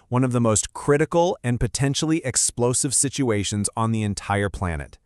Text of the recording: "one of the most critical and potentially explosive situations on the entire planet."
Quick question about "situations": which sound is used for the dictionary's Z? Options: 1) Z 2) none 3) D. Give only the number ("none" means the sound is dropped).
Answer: 1